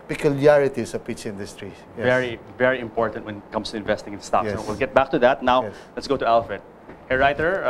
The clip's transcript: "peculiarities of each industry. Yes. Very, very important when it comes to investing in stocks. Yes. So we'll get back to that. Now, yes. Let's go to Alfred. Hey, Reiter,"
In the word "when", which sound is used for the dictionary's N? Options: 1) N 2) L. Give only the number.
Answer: 1